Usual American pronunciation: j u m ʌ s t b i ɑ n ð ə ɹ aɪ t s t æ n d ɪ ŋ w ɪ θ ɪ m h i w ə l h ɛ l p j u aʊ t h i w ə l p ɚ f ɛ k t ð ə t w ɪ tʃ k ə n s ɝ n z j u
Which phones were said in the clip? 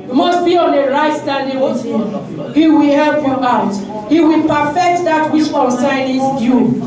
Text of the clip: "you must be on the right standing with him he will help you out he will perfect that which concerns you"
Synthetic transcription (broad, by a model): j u m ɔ s t b i ɑ n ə ɹ aɪ t s t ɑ n d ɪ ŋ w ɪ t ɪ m h i w ə l h ɛ l p j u aʊ t h i w ə l p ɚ f ɛ k t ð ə t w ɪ s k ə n s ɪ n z j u